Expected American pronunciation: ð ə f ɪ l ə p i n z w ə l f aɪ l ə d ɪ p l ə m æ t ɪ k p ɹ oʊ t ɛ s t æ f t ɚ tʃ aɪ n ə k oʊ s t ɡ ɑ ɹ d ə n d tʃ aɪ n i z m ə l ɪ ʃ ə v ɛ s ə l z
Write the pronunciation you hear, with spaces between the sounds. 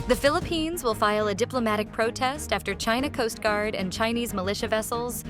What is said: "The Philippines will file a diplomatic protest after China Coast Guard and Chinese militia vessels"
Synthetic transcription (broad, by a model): ð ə f ɪ l ə p i n z w ə l f aɪ l ə d ɪ p l ə m æ t ɪ k p ɹ oʊ t ɛ s t æ f t ɚ tʃ aɪ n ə k oʊ s t ɡ ɑ ɹ d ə n tʃ aɪ n i z m ə l ɪ ʃ ə v ɛ s l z